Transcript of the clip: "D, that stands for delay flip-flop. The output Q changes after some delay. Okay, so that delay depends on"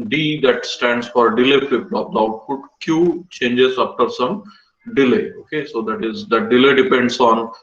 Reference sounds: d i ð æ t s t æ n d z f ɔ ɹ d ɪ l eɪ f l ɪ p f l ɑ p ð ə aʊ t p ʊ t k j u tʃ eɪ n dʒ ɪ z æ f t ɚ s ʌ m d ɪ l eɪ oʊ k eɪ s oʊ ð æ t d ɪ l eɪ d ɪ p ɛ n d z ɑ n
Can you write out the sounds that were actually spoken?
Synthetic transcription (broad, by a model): d i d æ t s t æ n d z f ɔ ɹ d ɪ l eɪ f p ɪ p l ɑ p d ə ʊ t f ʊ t k j u tʃ eɪ n dʒ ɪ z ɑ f t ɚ s ʌ m d ɪ l eɪ oʊ k eɪ s oʊ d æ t d ɪ l eɪ d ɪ p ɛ n d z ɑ n